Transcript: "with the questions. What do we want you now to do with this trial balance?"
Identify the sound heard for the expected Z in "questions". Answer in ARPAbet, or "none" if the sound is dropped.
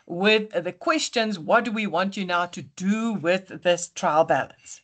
Z